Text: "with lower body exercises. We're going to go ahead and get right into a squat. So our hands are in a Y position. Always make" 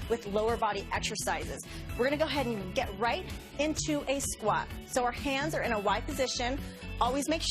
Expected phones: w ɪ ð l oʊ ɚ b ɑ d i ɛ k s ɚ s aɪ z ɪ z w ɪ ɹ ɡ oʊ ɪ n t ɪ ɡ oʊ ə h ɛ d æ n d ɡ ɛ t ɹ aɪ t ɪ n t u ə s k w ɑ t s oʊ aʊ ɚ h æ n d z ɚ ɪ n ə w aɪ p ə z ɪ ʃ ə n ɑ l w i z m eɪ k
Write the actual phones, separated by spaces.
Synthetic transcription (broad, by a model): w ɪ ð l oʊ ɚ b ɑ d i ɛ k s ɚ s aɪ z ɪ z w ɪ ɹ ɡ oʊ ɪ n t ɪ ɡ oʊ ə h ɛ d n ɡ ɛ t ɹ aɪ t ɪ n t u ə s k w ɑ t s oʊ aʊ ɚ h æ n d z ɚ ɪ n ə w aɪ p ə z ɪ ʃ ə n ɑ l w i z m eɪ k